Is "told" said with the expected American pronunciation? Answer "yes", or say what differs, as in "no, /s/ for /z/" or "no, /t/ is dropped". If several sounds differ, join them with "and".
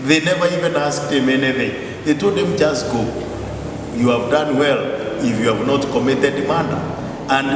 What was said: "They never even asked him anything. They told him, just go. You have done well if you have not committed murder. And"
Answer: no, /l/ is dropped